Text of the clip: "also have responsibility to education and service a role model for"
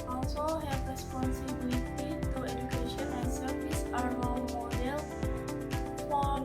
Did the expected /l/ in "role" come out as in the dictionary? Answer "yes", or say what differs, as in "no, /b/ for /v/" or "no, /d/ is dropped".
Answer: no, /w/ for /l/